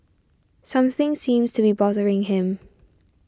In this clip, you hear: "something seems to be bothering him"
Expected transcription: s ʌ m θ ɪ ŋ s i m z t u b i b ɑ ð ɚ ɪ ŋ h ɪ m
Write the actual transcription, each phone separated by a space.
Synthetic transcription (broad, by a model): s ʌ m θ ɪ ŋ s i m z t u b i b ɑ ð ɚ ɪ ŋ h ɪ m